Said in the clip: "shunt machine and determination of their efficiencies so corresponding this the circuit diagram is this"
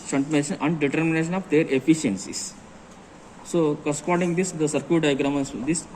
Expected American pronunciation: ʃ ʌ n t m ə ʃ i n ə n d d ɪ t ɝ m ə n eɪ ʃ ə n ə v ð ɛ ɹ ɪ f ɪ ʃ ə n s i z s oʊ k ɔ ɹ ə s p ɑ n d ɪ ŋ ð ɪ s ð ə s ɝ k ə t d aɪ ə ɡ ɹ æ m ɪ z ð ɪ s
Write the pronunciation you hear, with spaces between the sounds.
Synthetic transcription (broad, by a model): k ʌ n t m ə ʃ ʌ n ə n d d ɪ t ɝ m ə n eɪ ʃ ə n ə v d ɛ ɹ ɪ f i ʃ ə n s i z s oʊ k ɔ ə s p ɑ d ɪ ŋ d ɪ s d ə s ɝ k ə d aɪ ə ɡ ɹ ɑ m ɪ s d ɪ s